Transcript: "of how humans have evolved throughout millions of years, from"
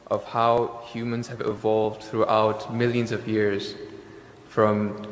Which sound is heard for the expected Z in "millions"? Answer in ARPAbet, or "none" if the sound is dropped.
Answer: Z